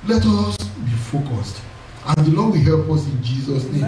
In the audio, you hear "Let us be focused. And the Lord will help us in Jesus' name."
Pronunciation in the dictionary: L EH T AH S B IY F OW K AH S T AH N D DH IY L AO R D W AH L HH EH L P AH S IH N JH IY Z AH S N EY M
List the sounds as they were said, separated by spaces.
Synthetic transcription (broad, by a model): L EH T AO S B IY F OW K AH S T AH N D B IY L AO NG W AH HH EH L P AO S IH N JH IY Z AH S N EY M